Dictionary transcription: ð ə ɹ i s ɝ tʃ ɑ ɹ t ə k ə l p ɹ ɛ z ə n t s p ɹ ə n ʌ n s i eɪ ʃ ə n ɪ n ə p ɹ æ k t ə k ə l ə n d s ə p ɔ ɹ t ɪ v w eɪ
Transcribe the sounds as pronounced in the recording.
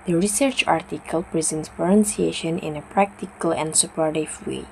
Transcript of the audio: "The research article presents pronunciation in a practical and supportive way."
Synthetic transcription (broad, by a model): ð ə ɹ i s ɝ tʃ ɑ ɹ t ə k ə l p ɹ ɛ z ə n t s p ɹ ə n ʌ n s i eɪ ʃ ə n ɪ n ə p ɹ æ k t ə k ə l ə n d s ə p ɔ ɹ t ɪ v w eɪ